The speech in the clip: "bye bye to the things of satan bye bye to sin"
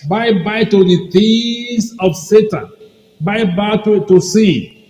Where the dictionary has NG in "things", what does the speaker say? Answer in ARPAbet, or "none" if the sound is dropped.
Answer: none